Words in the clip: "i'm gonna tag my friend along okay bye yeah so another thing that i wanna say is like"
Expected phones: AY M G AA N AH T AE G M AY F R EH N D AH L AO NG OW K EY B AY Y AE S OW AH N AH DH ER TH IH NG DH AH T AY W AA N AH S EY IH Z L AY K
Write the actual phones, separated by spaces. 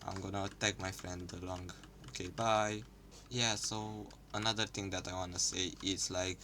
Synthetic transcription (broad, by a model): AY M G AA N AH T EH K M AY F R EH N D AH L AO NG OW K EY B AY Y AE S OW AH N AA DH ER T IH NG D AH T AY W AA N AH S EY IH S L AY K